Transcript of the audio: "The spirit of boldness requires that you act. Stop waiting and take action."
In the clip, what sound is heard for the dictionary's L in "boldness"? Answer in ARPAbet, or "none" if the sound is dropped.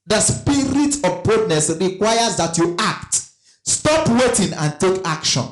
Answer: none